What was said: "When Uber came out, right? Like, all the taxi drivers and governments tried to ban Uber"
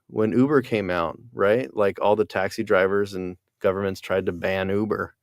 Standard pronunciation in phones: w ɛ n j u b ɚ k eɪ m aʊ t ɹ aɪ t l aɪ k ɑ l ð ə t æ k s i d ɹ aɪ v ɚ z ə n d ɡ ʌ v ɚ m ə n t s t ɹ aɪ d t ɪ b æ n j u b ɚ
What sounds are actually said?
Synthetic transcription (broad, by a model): w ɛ n u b ɚ k eɪ m aʊ t ɹ aɪ t l aɪ k ɑ l ð ə t æ k s i d ɹ aɪ v ɚ z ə n ɡ ʌ v ɚ m ə n t s t ɹ aɪ d t ɪ b æ n u b ɚ